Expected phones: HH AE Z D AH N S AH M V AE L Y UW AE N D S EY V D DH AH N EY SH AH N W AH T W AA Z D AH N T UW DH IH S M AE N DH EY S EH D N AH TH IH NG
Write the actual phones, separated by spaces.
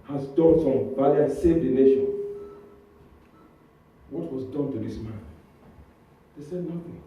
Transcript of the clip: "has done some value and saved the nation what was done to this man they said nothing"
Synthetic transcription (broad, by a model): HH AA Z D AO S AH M B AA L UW S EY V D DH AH N EY SH AH N W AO T W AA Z D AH N T UW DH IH S M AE N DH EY S EH D N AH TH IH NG